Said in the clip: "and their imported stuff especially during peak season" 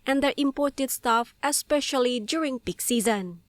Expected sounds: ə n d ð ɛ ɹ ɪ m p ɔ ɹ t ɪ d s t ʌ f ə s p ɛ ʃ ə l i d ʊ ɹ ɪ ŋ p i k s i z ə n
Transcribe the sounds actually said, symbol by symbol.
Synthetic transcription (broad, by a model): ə n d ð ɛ ɹ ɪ m p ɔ ɹ t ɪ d s t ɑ f ə s p ɛ ʃ ə l i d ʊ ɹ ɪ ŋ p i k s i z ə n